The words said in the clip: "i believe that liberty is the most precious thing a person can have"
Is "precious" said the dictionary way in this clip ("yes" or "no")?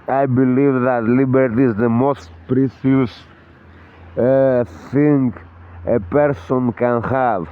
no